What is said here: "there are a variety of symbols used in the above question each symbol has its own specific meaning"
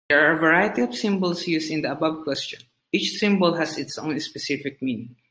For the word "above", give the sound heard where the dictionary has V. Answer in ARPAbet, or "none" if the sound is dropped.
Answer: B